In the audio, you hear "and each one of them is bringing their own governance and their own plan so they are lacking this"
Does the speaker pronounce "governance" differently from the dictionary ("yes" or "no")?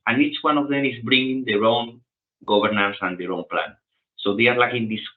yes